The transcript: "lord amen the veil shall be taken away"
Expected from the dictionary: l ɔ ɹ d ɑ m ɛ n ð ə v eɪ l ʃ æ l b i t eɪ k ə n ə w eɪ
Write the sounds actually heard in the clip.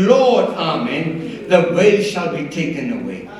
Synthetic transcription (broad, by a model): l ɔ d ɑ m ɛ n ð ə w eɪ ʃ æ l b i t eɪ k ə n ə w eɪ